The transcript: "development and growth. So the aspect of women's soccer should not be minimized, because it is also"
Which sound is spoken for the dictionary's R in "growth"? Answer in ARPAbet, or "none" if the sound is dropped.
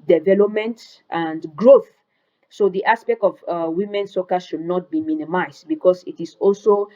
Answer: R